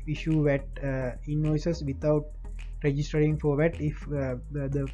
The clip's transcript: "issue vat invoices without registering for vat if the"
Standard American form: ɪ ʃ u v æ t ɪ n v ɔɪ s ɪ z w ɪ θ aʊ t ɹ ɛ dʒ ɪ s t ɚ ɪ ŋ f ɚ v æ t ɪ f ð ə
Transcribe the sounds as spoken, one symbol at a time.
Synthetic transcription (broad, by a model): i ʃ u v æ t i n ɔɪ s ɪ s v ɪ t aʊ t ɹ ɛ dʒ ɪ s t ɚ ɪ ŋ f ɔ v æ t ɪ f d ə